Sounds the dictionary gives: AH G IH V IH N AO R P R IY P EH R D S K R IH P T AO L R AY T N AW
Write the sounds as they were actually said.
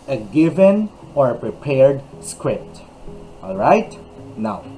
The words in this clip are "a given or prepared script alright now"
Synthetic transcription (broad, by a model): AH G IH V IH N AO R P R IY P EH R D S K R IH P T AO L R AY T N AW